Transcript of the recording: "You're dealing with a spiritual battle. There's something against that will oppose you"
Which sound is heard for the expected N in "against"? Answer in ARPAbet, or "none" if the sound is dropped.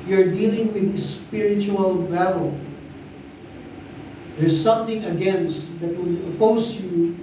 N